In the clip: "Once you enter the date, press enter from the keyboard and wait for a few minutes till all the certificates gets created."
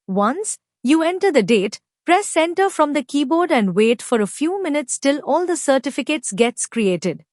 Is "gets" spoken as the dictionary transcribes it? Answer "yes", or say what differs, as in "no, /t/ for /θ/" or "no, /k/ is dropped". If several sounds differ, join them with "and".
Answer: yes